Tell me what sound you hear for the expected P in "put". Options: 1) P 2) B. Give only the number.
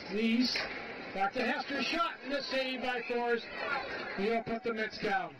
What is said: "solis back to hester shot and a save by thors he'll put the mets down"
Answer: 1